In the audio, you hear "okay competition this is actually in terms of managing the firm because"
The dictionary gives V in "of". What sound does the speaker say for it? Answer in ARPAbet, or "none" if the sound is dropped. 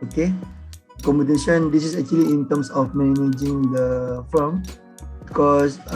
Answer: F